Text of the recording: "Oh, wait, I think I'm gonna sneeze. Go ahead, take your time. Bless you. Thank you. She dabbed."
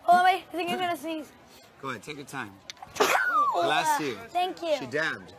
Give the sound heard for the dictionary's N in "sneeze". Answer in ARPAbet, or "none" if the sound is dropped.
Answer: none